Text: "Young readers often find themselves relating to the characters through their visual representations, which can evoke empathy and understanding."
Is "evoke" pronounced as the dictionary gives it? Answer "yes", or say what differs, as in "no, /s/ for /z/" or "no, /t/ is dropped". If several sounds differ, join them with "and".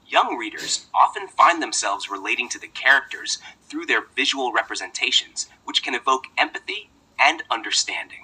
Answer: yes